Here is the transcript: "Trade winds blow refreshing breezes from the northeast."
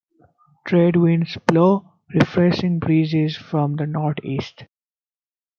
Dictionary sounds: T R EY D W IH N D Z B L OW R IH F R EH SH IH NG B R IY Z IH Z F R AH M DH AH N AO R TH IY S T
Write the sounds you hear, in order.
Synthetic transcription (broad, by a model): T R EY D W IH N D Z B L OW R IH F R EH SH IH NG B R IY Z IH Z F R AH M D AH N AO R T IY S T